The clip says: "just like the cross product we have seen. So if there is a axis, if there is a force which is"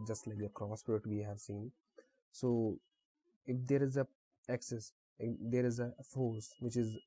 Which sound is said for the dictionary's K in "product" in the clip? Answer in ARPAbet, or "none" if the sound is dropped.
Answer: none